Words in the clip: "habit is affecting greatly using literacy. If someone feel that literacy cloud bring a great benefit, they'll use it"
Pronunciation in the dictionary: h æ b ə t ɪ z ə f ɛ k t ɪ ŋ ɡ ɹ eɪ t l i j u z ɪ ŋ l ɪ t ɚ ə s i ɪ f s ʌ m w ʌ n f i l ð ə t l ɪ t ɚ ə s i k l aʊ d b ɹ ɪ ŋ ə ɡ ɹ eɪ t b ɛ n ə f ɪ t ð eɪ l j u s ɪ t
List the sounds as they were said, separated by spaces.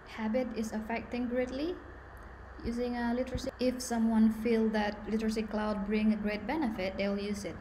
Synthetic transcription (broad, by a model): h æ b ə t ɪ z ə f ɛ k t ɪ ŋ ɡ ɹ eɪ t l i j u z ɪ ŋ l ɪ t ɚ ə s i ɪ f s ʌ m w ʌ n f i l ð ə t l ɪ t ɚ ə s i k l aʊ d b ɹ ɪ ŋ ə ɡ ɹ eɪ t b ɛ n ə f ɪ t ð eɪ l j u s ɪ t